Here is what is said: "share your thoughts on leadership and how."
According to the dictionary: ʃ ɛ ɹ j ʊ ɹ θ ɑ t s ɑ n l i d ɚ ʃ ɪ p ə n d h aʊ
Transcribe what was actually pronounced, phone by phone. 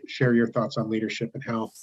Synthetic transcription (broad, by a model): ʃ ɛ ɹ j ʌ ɹ θ ɑ t s n l i d ɚ ʃ ɪ p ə n h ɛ